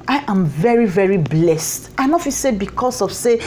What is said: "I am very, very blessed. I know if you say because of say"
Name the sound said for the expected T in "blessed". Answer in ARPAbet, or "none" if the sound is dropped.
T